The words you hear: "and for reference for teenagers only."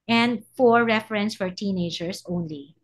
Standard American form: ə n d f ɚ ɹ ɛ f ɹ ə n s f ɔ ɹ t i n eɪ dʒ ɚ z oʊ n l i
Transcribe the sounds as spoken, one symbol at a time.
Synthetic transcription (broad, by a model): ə n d f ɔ ɹ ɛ f ɹ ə n s f ɔ ɹ t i n eɪ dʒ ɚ s oʊ n l i